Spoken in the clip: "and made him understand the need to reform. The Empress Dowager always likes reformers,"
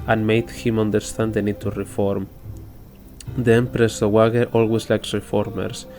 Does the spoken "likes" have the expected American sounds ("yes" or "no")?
yes